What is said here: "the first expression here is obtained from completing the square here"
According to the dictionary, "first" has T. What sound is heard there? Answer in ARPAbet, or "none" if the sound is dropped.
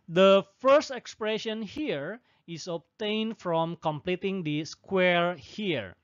T